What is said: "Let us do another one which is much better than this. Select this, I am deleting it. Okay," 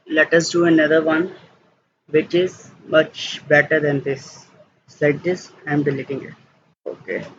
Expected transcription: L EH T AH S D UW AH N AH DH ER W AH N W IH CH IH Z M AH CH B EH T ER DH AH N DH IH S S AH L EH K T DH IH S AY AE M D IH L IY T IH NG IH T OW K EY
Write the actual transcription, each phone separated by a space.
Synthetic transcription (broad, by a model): L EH T AH S D UW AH N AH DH ER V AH N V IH CH IH Z M AH CH B EH T ER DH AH N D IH S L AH IH T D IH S AY M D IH L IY T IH NG IH T OW K EY